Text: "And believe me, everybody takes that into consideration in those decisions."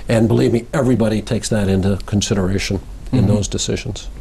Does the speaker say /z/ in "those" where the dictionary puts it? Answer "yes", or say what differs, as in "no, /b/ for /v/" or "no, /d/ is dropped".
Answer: yes